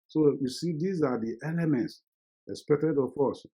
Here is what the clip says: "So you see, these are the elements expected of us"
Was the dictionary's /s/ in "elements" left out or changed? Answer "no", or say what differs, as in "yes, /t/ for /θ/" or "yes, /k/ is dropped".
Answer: no